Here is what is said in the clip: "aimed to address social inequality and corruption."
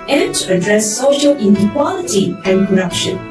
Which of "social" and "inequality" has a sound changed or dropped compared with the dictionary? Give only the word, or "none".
none